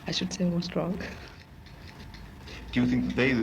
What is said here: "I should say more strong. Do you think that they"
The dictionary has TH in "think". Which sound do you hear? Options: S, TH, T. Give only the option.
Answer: TH